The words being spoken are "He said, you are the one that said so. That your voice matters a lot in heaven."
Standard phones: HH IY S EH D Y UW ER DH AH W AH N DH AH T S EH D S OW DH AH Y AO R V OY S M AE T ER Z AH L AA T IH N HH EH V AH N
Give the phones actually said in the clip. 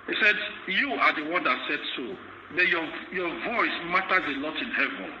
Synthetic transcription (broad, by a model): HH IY S EH D Y UW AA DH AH W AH N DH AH T S EH D S OW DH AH Y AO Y V OY S M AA T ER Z AH L AA T IH N HH EH V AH N